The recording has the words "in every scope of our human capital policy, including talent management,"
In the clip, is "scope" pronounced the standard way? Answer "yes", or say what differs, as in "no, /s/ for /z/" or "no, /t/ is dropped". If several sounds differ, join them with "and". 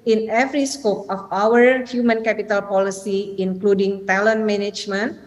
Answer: yes